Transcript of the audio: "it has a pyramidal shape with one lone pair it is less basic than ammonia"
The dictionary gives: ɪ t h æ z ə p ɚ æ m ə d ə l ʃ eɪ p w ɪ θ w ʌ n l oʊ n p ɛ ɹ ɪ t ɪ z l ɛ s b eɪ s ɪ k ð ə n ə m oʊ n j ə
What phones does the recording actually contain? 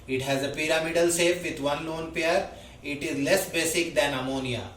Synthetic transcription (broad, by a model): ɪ t h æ z ə p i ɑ m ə d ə l s eɪ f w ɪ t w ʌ n l oʊ n p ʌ ɹ ɪ t ɪ z l ɛ s b eɪ s ɪ k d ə n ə m oʊ n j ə